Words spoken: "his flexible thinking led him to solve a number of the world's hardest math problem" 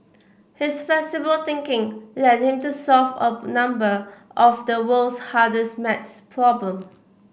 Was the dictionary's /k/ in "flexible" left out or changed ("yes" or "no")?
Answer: yes